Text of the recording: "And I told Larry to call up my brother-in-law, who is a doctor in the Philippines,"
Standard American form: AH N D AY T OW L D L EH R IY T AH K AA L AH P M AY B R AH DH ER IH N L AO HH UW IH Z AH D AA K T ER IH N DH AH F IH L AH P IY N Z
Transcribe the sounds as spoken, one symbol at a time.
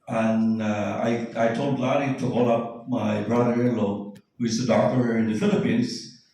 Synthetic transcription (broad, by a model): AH N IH AY T OW L D L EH L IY T AH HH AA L AH P M AY B R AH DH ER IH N L AO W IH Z AH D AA T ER IH N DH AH F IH L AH P IY N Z